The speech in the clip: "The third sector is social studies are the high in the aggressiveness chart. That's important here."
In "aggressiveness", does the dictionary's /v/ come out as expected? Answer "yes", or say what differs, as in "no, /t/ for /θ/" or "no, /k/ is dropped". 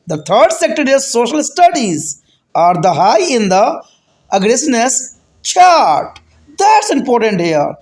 no, /v/ is dropped